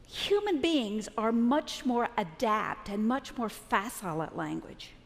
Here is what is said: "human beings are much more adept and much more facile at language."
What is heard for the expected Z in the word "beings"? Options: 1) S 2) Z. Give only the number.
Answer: 2